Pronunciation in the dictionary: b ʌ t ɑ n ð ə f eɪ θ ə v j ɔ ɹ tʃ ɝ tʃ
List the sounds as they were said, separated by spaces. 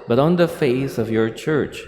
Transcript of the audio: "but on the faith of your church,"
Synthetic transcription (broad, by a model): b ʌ t ɑ n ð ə f eɪ s ə v j ɔ ɹ tʃ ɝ tʃ